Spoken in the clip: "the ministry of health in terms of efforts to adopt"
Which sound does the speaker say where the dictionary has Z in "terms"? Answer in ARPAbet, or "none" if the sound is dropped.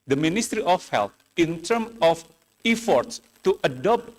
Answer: none